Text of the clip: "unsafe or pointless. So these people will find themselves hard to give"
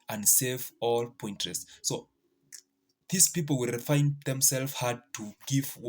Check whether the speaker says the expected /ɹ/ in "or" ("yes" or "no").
no